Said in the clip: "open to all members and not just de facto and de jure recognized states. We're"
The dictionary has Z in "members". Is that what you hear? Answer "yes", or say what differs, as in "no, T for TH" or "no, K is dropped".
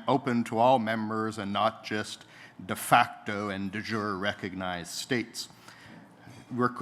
yes